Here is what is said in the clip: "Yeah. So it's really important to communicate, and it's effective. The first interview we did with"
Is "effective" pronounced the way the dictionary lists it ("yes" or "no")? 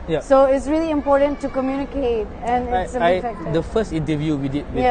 no